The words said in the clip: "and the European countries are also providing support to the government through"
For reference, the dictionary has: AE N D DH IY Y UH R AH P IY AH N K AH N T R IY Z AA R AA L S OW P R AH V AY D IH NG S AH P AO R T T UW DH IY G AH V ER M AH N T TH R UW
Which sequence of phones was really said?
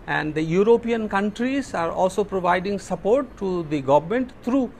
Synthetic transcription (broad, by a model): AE N D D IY Y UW R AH P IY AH N K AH N T R IY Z AA R AA L S OW P R AH V AY D IH NG S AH P AO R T T UW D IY G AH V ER M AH N T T R UW